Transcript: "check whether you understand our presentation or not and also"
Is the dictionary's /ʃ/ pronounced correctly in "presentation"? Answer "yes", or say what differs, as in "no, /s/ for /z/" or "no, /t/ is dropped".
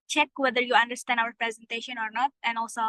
yes